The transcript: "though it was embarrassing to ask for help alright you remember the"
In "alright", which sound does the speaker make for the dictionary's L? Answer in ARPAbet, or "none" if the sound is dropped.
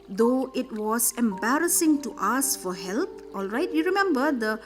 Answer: L